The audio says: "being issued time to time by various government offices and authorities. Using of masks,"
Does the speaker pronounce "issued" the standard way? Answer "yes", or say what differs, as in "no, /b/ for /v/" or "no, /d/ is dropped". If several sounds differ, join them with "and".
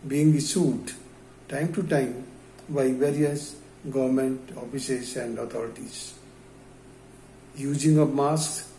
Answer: no, /s/ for /ʃ/